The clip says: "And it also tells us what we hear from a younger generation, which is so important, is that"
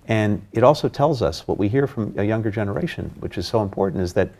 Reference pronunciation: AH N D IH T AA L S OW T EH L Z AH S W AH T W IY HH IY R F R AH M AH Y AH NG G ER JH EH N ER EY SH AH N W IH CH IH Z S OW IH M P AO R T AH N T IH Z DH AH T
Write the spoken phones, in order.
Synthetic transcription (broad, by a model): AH N IH T AA L S OW T EH L Z AH S W AH T W IY HH IY R F R AH M AH Y AH NG G ER JH EH N ER EY SH AH N W IH CH IH Z S OW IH M P AO R T N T IH Z DH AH T